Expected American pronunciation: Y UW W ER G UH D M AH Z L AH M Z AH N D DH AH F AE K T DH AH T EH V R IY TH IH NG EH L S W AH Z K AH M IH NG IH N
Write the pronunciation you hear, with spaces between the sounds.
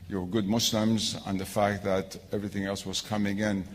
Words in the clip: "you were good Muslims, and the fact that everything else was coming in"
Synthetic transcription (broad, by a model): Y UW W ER G UH D M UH S L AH M Z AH N DH AH F AE K T DH AH T EH V R IY TH IH NG EH L S W AH Z K AH M IH NG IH N